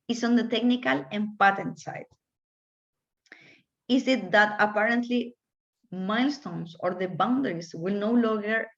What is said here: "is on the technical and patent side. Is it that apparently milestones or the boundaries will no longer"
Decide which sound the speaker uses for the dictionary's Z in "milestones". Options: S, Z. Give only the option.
S